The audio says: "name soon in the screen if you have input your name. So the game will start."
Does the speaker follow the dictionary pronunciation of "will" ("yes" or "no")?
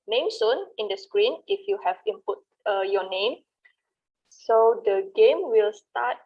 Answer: yes